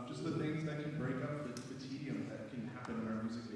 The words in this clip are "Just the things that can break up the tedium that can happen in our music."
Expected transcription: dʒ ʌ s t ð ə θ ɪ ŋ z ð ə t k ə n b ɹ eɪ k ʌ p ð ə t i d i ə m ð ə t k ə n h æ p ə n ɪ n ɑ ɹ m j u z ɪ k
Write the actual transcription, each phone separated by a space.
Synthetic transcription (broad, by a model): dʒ ʌ s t ð ə θ ɪ ŋ z ð ə t k ə n b ɹ eɪ k ʌ p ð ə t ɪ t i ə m ð ə t k ə n h æ p ə n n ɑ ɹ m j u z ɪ